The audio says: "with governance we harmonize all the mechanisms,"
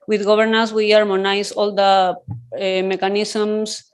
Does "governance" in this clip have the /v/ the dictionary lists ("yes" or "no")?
no